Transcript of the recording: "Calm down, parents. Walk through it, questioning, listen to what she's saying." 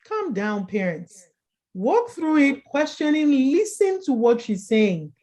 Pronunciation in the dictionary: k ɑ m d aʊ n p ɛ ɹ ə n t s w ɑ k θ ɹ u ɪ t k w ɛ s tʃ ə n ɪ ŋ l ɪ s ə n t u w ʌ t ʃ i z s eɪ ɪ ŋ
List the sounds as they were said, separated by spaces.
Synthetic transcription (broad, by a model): k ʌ m d aʊ n p ɛ ɹ ə n t s w ɑ k θ ɹ u ɪ t k w ɛ s tʃ ə n ɪ ŋ l ɪ s ə n t u w ʌ t ʃ i z s eɪ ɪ ŋ